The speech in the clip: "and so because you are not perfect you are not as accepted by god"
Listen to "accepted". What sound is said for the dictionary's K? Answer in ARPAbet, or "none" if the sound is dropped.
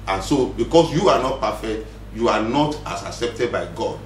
K